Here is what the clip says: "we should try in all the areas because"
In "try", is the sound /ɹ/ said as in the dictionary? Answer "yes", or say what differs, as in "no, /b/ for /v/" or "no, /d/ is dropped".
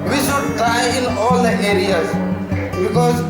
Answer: no, /ɹ/ is dropped